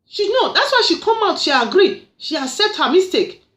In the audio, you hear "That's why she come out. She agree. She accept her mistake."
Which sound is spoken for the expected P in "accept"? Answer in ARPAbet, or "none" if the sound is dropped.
none